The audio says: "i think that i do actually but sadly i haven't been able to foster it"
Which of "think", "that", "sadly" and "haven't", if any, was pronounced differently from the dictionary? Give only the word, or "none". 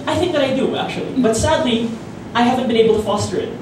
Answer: none